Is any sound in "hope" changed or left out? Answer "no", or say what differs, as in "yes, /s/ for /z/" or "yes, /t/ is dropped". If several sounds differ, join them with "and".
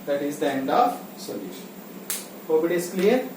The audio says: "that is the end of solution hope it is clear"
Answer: yes, /b/ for /p/